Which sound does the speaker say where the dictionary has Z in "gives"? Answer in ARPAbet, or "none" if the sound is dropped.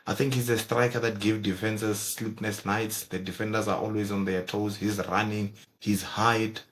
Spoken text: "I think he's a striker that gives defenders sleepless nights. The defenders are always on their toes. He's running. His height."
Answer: none